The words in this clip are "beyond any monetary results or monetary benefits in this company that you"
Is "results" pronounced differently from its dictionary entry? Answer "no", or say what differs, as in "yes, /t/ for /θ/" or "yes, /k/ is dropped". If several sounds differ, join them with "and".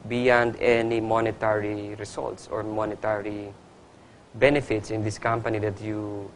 yes, /s/ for /z/